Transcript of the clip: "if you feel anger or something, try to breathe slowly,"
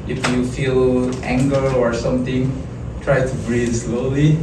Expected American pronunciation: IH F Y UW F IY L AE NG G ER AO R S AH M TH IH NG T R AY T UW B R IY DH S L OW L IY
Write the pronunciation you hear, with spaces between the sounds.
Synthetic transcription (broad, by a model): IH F Y UW F IY L AE NG G ER AO R S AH M T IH NG T R AY T UW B R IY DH S L OW L IY